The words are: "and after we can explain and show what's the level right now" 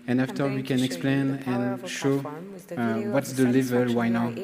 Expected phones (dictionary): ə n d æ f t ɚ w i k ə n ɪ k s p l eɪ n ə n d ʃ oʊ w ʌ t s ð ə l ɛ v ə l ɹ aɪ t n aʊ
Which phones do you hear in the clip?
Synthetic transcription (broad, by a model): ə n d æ f t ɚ w i k ə n ɪ k s p l eɪ n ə n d ʃ oʊ w ʌ t s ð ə l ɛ v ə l w aɪ n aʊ